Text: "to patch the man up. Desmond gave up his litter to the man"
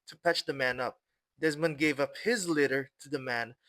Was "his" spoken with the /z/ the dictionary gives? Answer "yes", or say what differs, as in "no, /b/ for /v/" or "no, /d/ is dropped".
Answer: yes